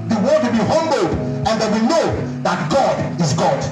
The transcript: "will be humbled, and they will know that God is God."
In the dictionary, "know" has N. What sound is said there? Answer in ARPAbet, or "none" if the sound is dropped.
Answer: N